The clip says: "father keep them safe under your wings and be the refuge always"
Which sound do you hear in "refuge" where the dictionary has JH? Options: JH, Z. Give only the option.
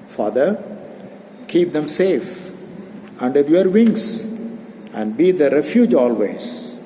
JH